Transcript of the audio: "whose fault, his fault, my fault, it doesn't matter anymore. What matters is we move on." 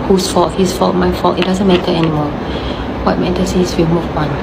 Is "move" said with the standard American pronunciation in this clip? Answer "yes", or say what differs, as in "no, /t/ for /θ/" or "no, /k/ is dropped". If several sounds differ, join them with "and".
no, /p/ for /v/